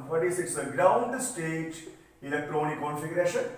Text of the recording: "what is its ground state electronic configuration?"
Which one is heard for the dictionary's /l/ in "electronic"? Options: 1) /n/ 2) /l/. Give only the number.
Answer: 1